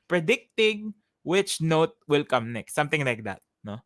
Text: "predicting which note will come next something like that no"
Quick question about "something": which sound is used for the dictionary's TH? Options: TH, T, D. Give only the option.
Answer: T